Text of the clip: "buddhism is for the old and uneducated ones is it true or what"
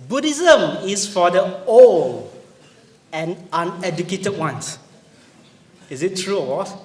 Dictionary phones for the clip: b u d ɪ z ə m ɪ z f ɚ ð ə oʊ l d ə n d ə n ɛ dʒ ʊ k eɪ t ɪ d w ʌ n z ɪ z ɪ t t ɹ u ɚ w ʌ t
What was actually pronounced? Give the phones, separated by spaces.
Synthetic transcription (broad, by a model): b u d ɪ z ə m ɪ s f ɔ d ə oʊ l ə n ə n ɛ dʒ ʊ k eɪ t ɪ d w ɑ n s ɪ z ɪ t t ɹ u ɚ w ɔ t